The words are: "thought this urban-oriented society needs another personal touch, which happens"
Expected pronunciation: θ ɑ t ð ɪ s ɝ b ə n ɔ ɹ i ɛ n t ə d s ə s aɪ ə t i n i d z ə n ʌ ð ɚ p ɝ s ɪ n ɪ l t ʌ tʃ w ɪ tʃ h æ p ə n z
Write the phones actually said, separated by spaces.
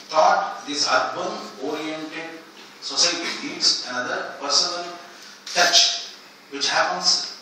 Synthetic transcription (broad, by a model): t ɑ t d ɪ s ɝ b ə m ɔ ɹ i ɛ n t ə d s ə s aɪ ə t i l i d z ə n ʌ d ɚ p ɝ s ɪ n ɪ l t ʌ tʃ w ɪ tʃ h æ p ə n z